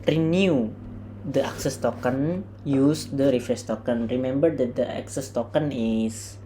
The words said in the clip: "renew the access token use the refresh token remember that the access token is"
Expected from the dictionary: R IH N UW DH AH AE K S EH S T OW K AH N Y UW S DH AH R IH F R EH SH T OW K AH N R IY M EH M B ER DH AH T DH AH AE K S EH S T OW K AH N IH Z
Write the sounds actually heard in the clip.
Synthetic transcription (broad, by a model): R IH N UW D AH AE K S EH S T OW K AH N Y UW S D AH R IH F R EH S T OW K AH N R IY M EH M B ER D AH T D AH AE K S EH S T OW K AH N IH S